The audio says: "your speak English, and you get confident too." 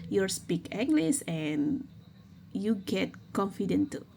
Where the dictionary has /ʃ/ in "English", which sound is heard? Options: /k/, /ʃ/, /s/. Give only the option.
/s/